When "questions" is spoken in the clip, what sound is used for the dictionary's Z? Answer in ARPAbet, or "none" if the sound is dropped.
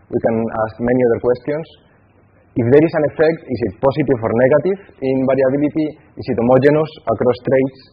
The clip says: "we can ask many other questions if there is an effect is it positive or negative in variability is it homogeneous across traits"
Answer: S